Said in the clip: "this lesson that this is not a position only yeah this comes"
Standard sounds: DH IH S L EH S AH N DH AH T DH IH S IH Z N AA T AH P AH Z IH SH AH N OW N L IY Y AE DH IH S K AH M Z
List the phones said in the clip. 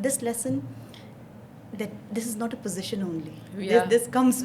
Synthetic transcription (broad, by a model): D IH S L EH S AH N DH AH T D IH S IH Z N AA T AH P AH Z IH SH AH N OW N L IY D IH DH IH S K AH M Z